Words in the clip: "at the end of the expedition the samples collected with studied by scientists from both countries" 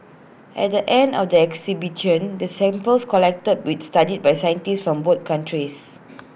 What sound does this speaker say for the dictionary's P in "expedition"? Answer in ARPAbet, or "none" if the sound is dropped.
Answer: none